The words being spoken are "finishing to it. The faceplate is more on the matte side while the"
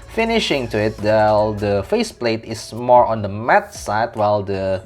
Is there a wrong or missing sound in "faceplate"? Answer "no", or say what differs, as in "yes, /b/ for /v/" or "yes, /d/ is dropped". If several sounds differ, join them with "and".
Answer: no